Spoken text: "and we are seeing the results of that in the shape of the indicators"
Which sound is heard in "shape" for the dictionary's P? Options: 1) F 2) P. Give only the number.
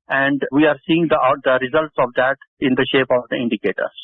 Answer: 2